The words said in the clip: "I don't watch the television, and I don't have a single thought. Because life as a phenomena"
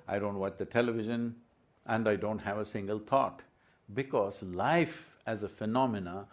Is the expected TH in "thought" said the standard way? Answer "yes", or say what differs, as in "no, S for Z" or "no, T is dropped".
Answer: no, T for TH